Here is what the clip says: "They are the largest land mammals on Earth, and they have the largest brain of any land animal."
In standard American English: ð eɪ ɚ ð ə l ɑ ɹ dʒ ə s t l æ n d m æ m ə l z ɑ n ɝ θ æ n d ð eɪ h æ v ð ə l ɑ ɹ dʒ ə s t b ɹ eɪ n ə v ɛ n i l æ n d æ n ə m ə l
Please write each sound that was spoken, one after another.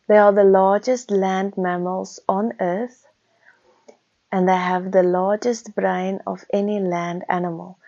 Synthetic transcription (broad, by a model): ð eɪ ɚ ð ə l ɑ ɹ dʒ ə s t l æ n d m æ m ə l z ɑ n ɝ t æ n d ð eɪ h æ v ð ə l ɑ ɹ dʒ ə s t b ɹ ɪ n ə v ɛ n i l æ n d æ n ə m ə l